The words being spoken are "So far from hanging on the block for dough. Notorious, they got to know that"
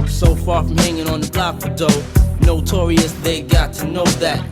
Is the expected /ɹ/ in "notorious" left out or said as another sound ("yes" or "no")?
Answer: no